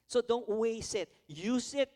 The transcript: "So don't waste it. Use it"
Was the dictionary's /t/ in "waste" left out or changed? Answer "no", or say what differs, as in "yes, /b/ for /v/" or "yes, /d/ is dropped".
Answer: yes, /t/ is dropped